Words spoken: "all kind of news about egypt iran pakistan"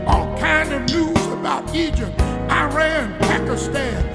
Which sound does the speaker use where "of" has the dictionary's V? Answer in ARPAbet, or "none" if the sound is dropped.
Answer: V